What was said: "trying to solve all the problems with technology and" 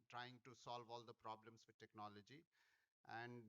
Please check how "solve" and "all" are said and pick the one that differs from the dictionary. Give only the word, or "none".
none